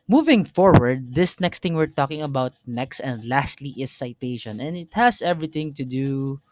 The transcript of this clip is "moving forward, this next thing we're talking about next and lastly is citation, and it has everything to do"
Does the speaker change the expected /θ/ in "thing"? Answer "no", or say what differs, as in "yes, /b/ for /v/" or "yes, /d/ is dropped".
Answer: yes, /t/ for /θ/